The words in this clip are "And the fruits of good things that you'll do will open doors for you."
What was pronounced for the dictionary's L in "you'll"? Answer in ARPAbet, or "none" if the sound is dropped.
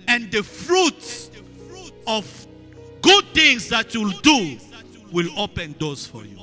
L